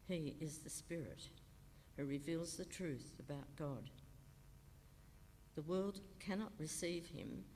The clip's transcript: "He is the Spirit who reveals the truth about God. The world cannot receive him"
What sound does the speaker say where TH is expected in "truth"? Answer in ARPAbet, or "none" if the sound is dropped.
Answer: TH